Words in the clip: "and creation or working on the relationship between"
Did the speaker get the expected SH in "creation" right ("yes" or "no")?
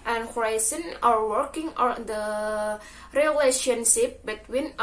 no